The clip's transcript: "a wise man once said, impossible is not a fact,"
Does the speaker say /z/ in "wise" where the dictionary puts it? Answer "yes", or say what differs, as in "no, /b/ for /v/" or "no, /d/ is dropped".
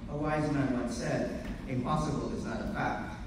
yes